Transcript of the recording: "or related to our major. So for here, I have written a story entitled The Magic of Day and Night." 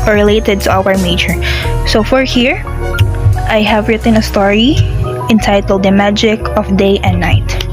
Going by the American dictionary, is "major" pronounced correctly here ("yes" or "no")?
no